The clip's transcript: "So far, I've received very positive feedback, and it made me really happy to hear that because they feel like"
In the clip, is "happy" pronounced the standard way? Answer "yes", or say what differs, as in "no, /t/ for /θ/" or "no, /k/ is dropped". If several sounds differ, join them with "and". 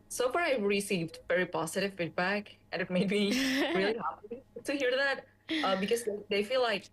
no, /p/ is dropped